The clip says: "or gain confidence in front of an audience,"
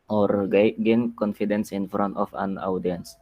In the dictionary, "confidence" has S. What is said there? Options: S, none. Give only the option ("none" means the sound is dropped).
S